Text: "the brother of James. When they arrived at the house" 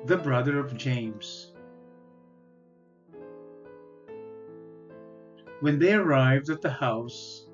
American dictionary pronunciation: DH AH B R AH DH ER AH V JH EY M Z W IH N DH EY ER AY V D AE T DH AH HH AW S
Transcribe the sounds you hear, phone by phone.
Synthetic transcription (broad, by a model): DH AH B R AH DH ER AH V JH EY M Z W IH N DH EY ER AY V D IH T DH AH HH AW S